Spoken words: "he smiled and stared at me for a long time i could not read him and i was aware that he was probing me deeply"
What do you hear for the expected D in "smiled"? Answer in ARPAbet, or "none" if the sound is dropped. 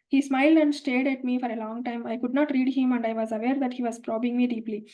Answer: D